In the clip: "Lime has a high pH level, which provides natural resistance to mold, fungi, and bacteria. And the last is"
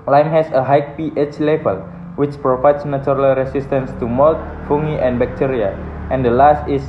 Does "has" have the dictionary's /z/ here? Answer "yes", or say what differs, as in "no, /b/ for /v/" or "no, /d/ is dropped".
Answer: no, /s/ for /z/